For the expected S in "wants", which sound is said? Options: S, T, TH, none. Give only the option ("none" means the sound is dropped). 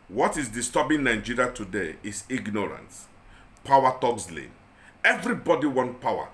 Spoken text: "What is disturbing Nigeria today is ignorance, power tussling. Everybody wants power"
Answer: none